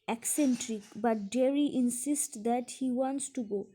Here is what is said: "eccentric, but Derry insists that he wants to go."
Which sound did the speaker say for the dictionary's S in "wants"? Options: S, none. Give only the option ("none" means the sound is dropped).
S